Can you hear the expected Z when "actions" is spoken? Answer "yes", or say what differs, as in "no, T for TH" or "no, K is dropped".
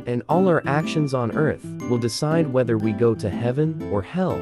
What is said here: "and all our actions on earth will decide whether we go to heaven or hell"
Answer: yes